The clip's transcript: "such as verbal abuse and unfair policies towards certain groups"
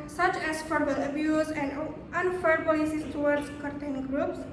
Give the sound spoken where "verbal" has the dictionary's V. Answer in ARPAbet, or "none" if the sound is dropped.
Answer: F